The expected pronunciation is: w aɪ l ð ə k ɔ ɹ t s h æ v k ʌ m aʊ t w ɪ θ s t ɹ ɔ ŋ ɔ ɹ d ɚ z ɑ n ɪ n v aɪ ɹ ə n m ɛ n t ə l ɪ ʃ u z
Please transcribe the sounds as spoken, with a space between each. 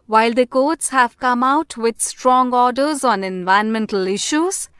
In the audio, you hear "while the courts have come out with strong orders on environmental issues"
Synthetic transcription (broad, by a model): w aɪ l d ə k ɔ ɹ t s h æ v k ʌ m aʊ t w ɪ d s t ɹ ɔ ŋ ɔ ɹ d ɚ z ɑ n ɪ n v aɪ ə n m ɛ n t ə l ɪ ʃ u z